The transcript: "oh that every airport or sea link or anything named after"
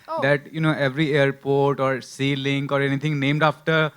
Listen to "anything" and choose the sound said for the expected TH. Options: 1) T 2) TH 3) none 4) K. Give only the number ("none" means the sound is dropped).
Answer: 1